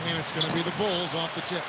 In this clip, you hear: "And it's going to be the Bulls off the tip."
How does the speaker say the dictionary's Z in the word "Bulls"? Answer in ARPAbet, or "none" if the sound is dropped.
Z